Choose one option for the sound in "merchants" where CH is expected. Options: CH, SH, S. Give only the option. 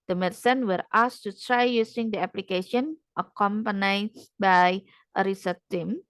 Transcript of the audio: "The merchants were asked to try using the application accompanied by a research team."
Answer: S